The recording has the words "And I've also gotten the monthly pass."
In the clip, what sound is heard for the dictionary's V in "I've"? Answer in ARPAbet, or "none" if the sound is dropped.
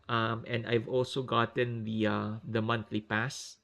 V